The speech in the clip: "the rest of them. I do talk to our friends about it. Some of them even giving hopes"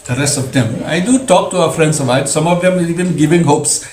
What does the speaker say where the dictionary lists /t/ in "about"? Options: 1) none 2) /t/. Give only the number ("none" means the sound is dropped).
1